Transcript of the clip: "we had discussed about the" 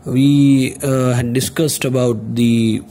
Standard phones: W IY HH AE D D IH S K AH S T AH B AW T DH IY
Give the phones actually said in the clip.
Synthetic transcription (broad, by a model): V IY HH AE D D IH S K AH S T AH B AW T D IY